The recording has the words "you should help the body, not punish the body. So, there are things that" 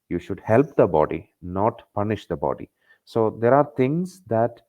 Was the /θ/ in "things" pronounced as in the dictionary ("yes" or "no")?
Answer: no